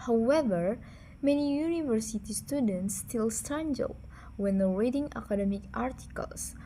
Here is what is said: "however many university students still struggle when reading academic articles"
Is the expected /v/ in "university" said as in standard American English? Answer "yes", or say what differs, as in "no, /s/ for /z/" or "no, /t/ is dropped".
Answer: yes